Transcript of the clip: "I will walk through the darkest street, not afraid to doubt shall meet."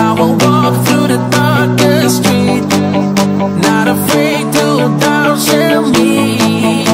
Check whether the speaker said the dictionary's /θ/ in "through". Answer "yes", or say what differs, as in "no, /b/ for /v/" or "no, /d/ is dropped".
yes